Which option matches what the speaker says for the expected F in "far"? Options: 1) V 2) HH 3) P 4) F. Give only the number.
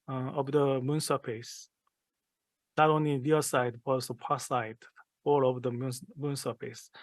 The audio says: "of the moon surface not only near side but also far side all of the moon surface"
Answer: 3